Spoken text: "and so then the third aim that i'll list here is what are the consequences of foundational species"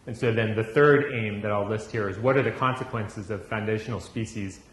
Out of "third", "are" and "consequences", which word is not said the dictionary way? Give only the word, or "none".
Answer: none